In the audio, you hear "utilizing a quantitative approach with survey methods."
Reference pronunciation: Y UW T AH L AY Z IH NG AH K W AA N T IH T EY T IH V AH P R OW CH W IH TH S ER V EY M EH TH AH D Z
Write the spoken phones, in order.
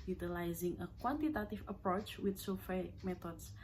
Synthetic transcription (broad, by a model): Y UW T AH L AY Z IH NG AH K W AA N T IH T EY T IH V AH P R OW CH W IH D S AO F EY M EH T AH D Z